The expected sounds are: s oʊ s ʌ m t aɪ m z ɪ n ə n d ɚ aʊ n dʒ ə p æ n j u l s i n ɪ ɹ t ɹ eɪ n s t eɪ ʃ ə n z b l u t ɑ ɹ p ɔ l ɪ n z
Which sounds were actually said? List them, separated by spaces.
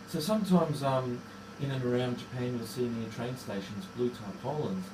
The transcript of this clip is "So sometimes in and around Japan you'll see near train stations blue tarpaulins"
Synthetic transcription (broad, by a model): s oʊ s ʌ m t aɪ m z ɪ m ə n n ɚ aʊ n dʒ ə p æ n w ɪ s i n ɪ t ɹ eɪ n s t eɪ ʃ ə n z b l u t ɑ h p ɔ l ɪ n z